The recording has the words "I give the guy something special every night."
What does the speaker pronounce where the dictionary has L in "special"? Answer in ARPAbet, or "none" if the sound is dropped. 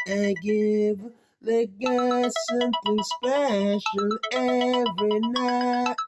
N